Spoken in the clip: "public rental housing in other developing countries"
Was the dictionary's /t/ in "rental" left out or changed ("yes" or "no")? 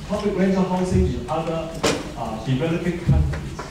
yes